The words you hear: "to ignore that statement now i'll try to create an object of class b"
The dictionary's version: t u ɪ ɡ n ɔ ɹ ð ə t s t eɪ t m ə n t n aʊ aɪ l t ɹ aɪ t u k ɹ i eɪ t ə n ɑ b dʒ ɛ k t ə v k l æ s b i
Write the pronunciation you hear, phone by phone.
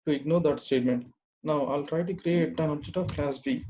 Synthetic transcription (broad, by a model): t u ɪ ɡ n ɔ ɹ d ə t s t eɪ t m ə n t n aʊ aɪ l t ɹ aɪ t u k ɹ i eɪ t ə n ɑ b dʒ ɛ t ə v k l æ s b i